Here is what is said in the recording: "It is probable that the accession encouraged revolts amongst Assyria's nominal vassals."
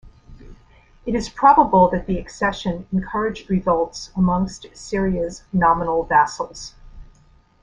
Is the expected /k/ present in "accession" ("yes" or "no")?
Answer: yes